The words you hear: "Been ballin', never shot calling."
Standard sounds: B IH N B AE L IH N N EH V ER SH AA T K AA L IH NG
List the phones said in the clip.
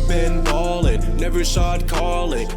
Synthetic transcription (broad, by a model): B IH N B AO L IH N N EH V ER S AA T K AA L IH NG